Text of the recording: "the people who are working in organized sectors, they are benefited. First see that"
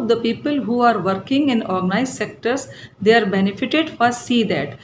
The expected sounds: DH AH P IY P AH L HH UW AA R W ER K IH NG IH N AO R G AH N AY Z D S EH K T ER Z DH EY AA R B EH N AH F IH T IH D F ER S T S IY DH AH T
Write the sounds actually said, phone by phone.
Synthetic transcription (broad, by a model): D AH P IY P AH L HH UW AA R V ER K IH NG IH N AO R G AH N AY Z S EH K T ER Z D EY AA R B EH N AH F IH T IH D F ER T S IY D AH T